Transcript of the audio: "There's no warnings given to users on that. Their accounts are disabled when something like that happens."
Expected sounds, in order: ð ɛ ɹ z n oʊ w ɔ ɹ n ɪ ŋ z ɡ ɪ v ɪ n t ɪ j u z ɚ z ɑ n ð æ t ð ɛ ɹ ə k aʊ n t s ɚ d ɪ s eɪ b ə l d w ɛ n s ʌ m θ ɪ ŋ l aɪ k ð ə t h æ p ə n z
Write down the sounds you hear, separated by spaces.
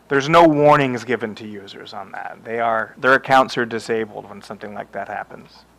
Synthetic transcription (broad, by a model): ð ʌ ɹ z n oʊ w ɔ ɹ n ɪ ŋ z ɡ ɪ v ɪ n t ɪ j u z ɚ z n ð æ t ð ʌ ɹ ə k aʊ n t s ɚ d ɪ s eɪ b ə l d w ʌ n s ʌ m θ ɪ ŋ l aɪ k ð ə t h æ p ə n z